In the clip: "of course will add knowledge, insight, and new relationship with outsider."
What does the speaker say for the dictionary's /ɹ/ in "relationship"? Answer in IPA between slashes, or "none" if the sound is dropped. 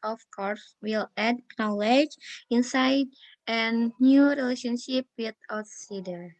/ɹ/